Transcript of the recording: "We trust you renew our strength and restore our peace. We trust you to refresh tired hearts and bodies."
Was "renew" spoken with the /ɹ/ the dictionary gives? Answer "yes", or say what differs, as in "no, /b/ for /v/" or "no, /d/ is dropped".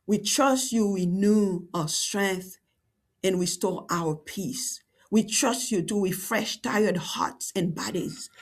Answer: no, /w/ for /ɹ/